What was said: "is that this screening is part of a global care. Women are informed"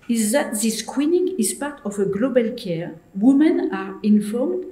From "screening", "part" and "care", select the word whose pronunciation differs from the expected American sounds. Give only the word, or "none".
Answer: screening